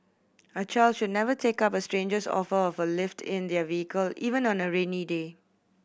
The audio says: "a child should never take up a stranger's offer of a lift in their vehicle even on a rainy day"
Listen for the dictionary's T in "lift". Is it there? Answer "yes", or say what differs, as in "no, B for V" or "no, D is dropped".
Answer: yes